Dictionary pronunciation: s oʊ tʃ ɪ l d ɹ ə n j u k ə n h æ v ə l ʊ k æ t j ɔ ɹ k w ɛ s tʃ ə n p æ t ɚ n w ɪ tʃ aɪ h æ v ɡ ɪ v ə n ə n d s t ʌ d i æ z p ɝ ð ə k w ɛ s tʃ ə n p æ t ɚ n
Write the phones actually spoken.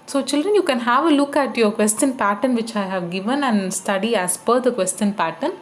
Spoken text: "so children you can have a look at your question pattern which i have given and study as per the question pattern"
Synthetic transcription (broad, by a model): s oʊ tʃ ɪ l d ɹ ə n j u k ə n h æ v ə l ʊ k æ t j ɔ ɹ k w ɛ s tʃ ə n p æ t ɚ n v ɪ tʃ aɪ h æ v ɡ ɪ v ə n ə n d s t ʌ d i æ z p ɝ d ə k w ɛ s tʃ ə n p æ t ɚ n